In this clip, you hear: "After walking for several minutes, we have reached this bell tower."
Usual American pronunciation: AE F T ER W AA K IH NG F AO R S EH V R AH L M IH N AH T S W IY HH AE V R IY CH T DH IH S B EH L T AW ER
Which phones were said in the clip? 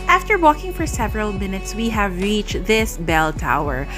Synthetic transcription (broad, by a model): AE F T ER W AA K IH NG F AO R S EH V R AH L M IH N AH T S W IY HH AE V R IY CH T DH IH S B EH L T AW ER